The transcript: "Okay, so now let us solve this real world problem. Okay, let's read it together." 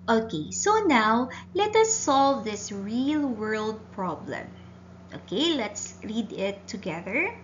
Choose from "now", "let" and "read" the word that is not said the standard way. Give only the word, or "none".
read